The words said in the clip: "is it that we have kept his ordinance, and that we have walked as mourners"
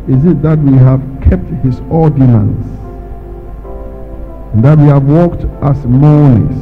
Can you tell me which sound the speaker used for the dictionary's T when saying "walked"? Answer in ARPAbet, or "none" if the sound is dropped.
T